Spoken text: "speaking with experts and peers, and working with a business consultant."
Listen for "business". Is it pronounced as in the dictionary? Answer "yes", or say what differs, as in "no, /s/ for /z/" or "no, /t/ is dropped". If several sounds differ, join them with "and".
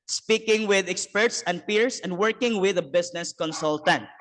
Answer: no, /s/ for /z/